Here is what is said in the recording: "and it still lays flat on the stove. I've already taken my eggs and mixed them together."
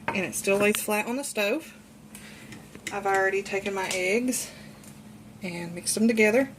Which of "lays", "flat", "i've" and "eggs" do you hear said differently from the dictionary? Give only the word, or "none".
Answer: lays